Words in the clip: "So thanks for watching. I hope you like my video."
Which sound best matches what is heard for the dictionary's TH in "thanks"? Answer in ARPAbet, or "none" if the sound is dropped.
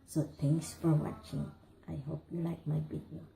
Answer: T